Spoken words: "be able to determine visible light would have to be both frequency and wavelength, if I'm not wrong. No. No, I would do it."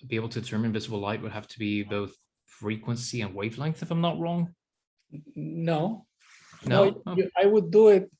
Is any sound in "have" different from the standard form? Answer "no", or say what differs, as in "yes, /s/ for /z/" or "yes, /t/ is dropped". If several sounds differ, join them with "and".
yes, /f/ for /v/